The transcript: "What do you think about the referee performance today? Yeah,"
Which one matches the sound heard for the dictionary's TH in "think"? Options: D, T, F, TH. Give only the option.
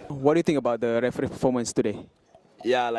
T